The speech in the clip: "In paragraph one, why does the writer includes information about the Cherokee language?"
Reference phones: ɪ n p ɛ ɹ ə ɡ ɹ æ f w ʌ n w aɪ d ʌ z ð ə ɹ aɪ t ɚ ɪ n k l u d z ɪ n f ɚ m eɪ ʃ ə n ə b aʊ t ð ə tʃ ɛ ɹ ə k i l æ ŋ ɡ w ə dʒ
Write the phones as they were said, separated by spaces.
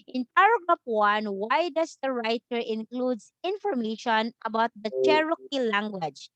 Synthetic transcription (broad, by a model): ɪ n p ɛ ɹ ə ɡ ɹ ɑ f w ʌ n w aɪ d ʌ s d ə ɹ aɪ t ɚ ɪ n k l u d s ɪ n f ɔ m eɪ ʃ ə n ə b aʊ t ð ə tʃ ɛ ɹ ə k i l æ ŋ ɡ w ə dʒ